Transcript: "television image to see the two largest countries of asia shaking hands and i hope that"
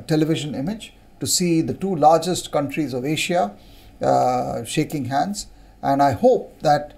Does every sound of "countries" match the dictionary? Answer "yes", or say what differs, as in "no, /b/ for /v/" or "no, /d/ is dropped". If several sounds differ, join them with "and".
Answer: yes